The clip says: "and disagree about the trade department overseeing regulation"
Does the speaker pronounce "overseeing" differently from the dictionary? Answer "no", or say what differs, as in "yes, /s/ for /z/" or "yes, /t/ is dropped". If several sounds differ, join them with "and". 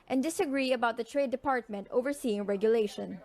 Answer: no